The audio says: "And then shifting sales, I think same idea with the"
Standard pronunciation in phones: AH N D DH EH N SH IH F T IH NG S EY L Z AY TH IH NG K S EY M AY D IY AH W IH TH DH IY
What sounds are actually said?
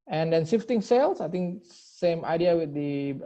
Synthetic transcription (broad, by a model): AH N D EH N S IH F T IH NG S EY L S AY T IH NG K S EY M AY D IY AH W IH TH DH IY